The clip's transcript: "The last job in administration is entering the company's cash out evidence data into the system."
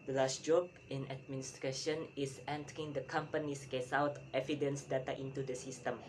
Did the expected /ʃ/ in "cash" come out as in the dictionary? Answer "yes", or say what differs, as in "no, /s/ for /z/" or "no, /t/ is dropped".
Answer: no, /s/ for /ʃ/